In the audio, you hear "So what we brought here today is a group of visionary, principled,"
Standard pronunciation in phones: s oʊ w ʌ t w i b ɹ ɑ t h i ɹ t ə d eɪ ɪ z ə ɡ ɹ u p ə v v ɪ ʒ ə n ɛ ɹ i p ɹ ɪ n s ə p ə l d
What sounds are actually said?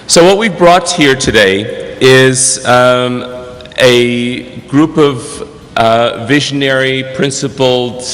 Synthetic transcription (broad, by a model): s oʊ w ʌ t w i b ɹ ɑ t h i ɹ t ə d eɪ ɪ z ə ɡ ɹ u p ə v v ɪ ʒ ə n ɛ ɹ i p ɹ ɪ n s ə p l